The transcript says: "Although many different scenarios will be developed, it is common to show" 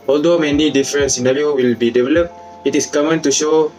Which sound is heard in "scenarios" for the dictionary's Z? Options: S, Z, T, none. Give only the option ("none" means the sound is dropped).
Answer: none